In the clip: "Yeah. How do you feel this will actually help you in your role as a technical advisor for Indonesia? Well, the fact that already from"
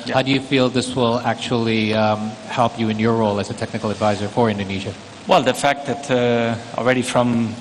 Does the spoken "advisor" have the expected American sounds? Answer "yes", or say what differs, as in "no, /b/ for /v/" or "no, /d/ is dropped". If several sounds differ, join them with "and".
yes